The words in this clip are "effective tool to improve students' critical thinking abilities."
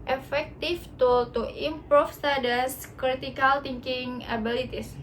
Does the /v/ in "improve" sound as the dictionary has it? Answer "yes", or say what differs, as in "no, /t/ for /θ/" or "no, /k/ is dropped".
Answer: no, /f/ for /v/